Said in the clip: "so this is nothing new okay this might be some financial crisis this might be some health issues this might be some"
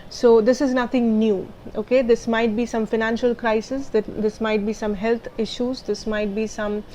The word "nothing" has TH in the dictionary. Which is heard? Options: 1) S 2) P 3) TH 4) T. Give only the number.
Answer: 4